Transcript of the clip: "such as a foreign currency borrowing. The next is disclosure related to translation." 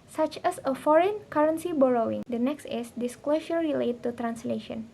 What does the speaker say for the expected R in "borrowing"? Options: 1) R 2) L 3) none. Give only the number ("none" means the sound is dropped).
1